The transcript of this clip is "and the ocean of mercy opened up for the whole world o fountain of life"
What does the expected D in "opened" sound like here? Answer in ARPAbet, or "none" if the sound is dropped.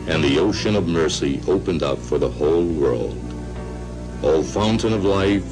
D